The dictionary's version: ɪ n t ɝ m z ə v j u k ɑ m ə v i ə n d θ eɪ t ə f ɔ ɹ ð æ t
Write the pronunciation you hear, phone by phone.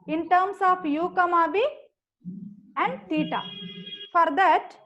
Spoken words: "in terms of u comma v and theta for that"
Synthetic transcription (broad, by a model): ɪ n t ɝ m s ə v j u k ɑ m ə b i ə n d t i t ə f ɔ ɹ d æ t